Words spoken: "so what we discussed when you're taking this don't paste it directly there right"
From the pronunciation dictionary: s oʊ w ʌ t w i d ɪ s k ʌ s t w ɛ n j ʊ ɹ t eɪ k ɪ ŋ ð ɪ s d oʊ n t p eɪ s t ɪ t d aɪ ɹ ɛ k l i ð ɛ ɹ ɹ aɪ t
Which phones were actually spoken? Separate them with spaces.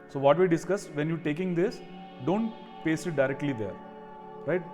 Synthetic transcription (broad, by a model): s oʊ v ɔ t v i d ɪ s k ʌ s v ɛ n j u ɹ t eɪ k ɪ ŋ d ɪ s d oʊ n t p eɪ s ɪ t d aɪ ɹ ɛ k l i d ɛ ɹ ɹ aɪ t